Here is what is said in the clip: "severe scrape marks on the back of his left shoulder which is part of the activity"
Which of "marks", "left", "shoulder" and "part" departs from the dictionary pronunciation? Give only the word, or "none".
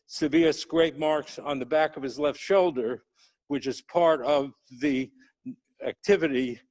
none